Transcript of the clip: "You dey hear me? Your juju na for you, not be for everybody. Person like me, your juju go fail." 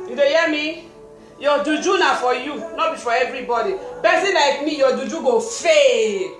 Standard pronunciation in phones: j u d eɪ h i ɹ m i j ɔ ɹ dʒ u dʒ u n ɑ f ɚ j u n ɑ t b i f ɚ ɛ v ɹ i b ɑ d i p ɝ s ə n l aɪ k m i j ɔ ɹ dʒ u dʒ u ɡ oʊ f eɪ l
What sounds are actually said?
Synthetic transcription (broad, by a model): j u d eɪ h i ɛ m i j ɔ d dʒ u dʒ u n ɑ f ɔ j u n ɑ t b i f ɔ ɛ v ɹ i b ɑ d i b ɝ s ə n l aɪ k m i j ɔ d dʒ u dʒ u ɡ oʊ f eɪ